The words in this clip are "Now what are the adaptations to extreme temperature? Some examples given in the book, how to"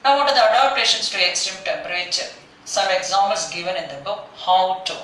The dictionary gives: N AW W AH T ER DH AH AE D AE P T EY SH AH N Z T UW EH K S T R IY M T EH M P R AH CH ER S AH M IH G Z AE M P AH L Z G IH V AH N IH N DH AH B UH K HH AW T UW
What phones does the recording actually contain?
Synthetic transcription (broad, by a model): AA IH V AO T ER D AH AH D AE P T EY SH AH N S T UW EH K S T IY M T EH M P R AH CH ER S AH M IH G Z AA M AH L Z G IH V AH N IH N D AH B UH K HH AW T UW